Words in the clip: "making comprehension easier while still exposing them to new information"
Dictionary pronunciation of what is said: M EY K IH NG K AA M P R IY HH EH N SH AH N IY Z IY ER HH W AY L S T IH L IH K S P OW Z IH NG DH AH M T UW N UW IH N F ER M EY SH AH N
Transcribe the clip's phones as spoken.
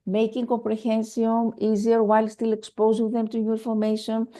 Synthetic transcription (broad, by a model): M EY K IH NG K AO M P R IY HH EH N S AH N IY Z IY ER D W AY L S T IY L IH K S P OW Z IH NG DH AH M T UW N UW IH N F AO M EY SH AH N